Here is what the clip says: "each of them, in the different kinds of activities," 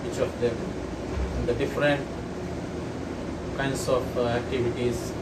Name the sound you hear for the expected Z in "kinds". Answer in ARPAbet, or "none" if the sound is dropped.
S